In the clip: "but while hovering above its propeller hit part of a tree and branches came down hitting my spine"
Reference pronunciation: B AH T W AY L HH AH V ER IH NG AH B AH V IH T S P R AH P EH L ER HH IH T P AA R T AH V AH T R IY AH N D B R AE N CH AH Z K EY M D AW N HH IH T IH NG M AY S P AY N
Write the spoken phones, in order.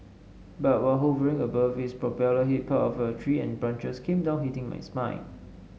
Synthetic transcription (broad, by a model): B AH T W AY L HH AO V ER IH NG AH B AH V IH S P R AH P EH L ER HH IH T P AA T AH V AH T R IY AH N B R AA N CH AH S K EY M D AW N HH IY T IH NG M AY S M AY